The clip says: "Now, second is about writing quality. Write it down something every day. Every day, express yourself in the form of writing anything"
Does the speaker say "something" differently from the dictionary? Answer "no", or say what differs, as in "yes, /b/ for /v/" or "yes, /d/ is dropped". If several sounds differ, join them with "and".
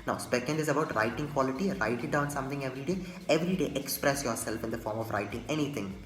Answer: yes, /t/ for /θ/